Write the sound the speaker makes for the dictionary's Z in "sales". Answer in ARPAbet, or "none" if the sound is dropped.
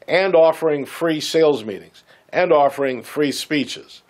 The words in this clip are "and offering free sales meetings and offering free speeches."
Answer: Z